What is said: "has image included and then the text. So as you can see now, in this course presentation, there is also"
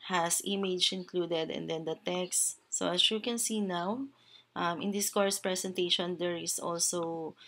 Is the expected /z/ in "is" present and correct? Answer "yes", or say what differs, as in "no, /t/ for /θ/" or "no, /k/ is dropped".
no, /s/ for /z/